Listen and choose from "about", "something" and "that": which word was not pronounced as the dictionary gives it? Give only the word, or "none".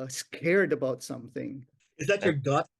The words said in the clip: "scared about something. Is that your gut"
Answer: none